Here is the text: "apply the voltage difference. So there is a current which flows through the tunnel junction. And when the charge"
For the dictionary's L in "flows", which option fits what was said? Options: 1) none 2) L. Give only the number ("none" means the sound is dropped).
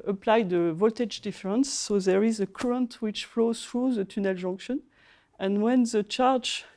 2